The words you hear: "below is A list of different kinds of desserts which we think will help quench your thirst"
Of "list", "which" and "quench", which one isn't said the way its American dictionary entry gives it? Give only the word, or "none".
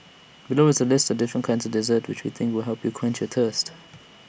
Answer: none